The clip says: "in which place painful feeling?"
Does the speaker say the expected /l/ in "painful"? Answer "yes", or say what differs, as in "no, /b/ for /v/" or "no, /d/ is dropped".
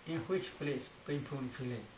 no, /n/ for /l/